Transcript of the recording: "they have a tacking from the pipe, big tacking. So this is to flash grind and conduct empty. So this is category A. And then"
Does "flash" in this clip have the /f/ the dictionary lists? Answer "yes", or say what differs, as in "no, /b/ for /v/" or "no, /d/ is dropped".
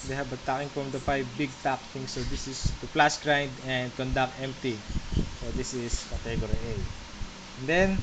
no, /p/ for /f/